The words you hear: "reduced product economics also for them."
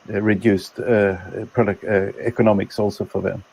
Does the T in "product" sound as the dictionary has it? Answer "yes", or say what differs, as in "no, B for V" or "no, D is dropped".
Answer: no, T is dropped